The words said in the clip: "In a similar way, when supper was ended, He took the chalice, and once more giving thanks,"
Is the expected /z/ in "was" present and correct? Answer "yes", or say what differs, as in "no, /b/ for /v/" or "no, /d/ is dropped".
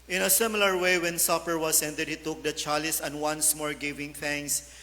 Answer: no, /s/ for /z/